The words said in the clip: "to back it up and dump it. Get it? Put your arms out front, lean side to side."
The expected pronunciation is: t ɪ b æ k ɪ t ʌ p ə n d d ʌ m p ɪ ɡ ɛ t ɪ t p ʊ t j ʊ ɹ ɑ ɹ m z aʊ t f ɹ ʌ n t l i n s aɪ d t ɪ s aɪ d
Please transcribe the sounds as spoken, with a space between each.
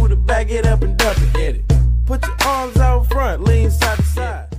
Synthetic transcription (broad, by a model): t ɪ b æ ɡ ɪ t ʌ p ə n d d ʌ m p ɪ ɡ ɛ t ɪ t p ʊ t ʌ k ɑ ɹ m z aʊ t f ɹ ʌ n t l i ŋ s aɪ d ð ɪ s aɪ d